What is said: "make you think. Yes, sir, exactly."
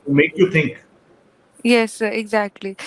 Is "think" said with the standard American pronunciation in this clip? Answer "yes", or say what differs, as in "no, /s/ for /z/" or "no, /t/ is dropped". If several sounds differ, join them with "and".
no, /t/ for /θ/